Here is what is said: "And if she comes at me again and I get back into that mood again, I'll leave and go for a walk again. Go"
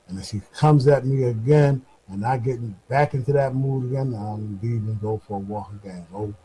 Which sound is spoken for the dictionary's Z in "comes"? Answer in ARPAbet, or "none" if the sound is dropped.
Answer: Z